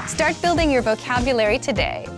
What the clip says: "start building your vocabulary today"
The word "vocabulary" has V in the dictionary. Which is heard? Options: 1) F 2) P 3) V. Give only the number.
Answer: 3